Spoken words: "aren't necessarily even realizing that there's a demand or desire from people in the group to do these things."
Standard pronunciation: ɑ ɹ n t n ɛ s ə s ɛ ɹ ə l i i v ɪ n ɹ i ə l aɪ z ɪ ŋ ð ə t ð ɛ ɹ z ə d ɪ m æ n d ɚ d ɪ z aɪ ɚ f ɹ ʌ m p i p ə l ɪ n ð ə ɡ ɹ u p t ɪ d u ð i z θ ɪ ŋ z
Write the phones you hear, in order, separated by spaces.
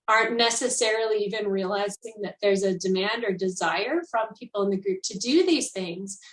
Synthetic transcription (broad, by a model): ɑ ɹ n n ɛ s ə s ɛ ɹ l i i v ɪ n ɹ i ə l aɪ z ɪ ŋ ð ə t ð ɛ ɹ z ə d ɪ m æ n d ɚ d ɪ z aɪ ɚ f ɹ ʌ m p i p l ɪ n ð ə ɡ ɹ u p t ɪ d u ð i z θ ɪ ŋ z